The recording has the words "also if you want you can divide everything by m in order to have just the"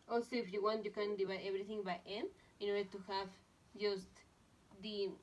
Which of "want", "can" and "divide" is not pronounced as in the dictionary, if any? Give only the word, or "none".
divide